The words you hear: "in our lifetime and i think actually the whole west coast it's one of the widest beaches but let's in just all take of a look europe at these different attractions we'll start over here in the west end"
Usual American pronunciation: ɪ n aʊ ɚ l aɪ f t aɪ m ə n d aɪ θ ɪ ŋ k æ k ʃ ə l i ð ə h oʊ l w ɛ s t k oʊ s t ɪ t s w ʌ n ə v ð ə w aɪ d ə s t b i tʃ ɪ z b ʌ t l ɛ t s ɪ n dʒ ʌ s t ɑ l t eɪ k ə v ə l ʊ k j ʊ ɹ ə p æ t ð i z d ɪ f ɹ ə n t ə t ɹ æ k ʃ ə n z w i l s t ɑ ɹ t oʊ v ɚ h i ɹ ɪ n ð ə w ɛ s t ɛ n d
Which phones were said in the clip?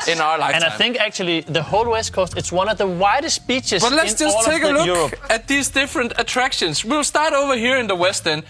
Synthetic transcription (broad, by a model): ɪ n aʊ ɚ l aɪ aɪ ə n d aɪ θ ɪ ŋ k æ k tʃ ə l i ð ə h oʊ l w ɛ s t k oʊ s t ɪ t s w ʌ n ə v ð ə w aɪ d ə s t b i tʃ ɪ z b ʌ t l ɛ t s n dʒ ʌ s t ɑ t eɪ ə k ə l ʊ k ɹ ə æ t ð i z d ɪ f ɹ ə n t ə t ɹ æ k ʃ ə n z w i l s t ɑ ɹ t oʊ v ɚ h i ɹ ɪ n ð ə w ɛ s t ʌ n